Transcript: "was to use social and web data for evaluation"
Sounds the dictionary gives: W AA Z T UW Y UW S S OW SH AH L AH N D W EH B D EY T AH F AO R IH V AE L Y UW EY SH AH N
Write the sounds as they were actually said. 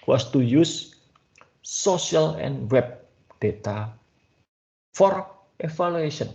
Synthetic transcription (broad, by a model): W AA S T UW Y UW S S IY AH L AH N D W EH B D EY T AH F AO R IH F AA L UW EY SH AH N